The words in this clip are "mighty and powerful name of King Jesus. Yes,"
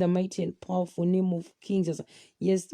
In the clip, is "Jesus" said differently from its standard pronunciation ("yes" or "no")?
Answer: yes